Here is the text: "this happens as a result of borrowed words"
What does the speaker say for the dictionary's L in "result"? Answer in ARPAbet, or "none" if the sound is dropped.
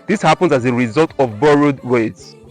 L